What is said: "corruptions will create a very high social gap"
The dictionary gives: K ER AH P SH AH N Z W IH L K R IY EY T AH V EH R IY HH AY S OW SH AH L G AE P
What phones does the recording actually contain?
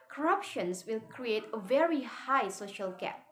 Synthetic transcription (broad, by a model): K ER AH P SH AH N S W IH L K R IY EY T AH V EH R IY HH AY S OW SH AH L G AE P